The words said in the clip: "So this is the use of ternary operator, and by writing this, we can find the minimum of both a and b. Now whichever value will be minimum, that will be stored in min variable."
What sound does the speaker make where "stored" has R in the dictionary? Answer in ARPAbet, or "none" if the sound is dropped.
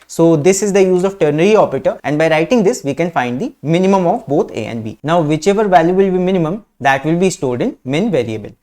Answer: L